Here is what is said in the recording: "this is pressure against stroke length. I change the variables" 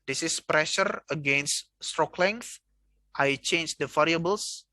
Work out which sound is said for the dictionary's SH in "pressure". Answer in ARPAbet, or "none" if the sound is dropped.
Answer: SH